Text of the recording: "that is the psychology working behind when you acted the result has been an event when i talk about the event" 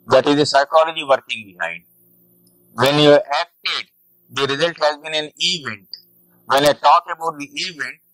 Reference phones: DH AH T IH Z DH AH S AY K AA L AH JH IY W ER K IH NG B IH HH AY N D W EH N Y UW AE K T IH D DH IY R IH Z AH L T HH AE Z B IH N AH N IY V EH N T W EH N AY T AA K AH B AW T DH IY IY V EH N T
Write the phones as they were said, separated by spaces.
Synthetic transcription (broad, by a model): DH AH T IH Z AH S AY K AA L AH JH IY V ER K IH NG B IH HH AY D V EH N Y UW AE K T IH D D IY R IH Z AH L T HH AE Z B IH N AH N IY V EH N T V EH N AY T AA K AH B AW T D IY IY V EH N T